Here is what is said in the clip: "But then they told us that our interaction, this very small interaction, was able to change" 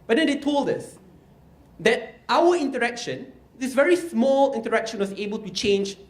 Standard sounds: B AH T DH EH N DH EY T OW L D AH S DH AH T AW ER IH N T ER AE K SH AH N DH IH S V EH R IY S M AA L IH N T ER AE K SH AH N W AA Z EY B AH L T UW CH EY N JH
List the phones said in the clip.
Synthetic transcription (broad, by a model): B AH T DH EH N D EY T OW L D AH S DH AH T AW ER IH N T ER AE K SH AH N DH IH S V EH R IY S M AA L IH N T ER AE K SH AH N W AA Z EY B AH L T UW CH EY N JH